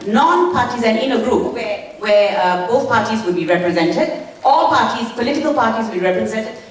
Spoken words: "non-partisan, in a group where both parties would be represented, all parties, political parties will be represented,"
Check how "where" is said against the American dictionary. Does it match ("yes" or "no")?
no